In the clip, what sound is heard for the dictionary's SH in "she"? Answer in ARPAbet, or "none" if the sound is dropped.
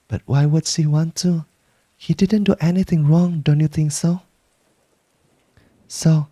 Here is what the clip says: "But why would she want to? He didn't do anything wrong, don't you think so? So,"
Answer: S